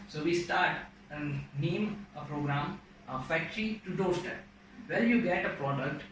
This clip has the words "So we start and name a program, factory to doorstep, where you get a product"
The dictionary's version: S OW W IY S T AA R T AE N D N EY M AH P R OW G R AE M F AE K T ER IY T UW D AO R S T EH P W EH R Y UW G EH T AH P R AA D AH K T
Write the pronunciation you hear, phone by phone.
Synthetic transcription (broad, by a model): S OW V IY S T AA R T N N EY M AH P R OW G R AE M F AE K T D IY T UW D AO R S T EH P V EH L Y UW G EH T AH P R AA D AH K T